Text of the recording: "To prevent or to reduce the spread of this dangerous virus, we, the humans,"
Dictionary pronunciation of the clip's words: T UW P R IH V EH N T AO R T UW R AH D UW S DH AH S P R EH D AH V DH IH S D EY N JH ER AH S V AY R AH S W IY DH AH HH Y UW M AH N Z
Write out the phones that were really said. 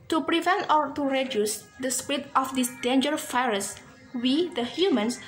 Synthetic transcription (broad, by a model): T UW P R IH V EH N T AO R T UW R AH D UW S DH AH S P R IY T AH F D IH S D EY N JH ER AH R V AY R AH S W IY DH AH HH Y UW M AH N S